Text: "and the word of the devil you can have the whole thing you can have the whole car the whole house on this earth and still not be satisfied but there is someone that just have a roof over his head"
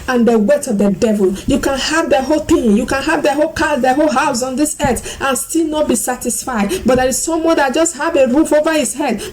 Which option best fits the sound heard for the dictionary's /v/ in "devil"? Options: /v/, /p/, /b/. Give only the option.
/v/